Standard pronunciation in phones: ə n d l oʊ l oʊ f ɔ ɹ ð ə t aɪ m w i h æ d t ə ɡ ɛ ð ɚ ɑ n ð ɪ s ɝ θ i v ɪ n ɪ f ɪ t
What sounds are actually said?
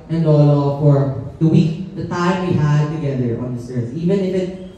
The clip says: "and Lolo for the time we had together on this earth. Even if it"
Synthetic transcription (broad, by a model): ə n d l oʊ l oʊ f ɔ ɹ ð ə t aɪ m w i h æ d t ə ɡ ɛ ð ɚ ɑ n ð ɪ s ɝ s i v ɪ n ɪ f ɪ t